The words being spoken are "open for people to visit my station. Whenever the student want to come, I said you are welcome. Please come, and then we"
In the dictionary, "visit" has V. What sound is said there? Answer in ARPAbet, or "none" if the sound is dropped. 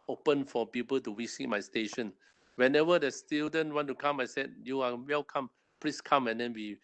W